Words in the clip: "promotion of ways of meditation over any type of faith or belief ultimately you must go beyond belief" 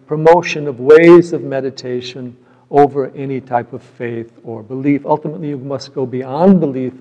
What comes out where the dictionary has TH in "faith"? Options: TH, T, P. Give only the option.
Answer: TH